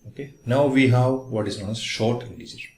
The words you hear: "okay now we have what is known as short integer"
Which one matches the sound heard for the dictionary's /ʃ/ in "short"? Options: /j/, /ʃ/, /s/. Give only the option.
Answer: /ʃ/